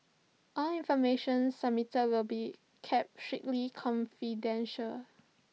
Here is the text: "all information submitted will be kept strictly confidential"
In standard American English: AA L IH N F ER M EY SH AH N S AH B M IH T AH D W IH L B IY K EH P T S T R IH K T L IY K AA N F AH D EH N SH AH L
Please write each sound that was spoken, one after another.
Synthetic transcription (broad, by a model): AA L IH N F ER M EY SH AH N S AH M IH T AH W IH L B IY K EH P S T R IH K L IY K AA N F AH D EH N SH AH L